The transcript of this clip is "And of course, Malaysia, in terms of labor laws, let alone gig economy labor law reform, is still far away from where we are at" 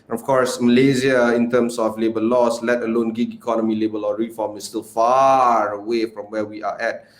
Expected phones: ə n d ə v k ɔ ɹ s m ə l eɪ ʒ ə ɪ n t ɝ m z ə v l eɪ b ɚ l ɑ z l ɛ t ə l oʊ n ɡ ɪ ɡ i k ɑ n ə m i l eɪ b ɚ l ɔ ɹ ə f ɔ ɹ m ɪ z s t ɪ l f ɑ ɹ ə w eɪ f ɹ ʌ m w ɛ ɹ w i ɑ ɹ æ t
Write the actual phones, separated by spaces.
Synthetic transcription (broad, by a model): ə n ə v k ɔ ɹ s m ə l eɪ z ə ɪ n t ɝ m s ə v l eɪ b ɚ l ɑ s l ɛ t ə l oʊ n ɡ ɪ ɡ i k ɑ n ə m i l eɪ b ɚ l ɔ ɹ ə f ɔ m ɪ s t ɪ l f ɑ ɹ ə w eɪ f ɹ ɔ m w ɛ w i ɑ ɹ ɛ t